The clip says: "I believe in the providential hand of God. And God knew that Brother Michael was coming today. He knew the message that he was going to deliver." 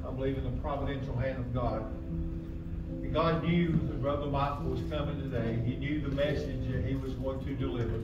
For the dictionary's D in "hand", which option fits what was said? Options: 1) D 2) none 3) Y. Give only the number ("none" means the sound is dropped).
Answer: 1